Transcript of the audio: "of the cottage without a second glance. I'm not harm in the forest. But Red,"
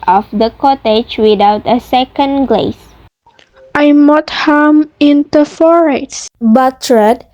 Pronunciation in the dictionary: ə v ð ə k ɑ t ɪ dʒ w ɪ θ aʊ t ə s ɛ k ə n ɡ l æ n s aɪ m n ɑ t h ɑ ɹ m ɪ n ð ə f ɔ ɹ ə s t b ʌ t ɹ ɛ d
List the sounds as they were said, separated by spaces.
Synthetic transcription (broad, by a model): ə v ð ə k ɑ t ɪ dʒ w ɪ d aʊ t ə s ɛ k ə n ɡ l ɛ s aɪ m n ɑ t h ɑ m ɪ n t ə f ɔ ɹ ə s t b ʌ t ɹ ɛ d